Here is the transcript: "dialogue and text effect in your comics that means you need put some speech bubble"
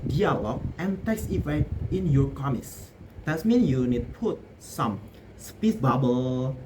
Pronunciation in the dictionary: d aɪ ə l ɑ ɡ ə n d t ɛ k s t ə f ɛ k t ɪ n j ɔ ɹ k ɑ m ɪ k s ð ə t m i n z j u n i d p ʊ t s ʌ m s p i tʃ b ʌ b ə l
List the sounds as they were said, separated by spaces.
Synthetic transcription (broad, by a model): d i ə l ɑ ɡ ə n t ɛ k s ə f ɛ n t ɪ n j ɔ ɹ k ɑ m ɪ k s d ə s m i n j u n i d p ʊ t s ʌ m s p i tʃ b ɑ b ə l